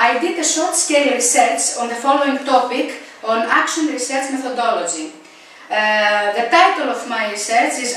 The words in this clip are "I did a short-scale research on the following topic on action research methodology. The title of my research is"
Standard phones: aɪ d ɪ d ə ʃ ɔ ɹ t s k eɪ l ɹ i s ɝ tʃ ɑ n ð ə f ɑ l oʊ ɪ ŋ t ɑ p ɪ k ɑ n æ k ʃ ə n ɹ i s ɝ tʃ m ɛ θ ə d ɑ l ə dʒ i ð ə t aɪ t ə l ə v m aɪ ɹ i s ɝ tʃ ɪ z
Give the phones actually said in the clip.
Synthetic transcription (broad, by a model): aɪ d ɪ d ə s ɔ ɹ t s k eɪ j ɹ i s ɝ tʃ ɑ n ð ə f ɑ l oʊ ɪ ŋ t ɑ p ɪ k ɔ n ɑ k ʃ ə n ɹ i s ɝ tʃ m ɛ θ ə d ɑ l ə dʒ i ð ə t aɪ t ə l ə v m aɪ ɹ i s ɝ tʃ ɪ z